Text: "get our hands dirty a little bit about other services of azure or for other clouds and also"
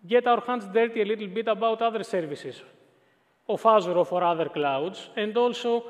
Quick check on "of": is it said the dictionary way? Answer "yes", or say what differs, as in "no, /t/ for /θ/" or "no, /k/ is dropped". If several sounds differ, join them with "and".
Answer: no, /f/ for /v/